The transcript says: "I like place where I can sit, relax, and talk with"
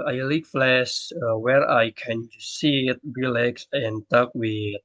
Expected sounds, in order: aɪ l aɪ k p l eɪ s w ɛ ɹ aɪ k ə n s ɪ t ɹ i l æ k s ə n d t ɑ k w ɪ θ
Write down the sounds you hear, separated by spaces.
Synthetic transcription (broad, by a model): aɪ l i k f l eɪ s w ɛ ɹ aɪ k ə n s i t ɹ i l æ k s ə n t ɑ k w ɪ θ